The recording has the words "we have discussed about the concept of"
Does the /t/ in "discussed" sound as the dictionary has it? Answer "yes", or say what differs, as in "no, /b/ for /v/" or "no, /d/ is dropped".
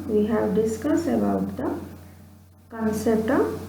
no, /t/ is dropped